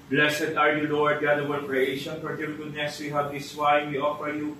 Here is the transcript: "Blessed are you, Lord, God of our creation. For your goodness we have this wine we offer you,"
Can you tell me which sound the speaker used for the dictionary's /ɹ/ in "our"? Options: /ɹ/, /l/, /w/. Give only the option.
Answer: /l/